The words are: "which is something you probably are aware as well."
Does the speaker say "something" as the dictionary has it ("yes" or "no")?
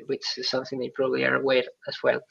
yes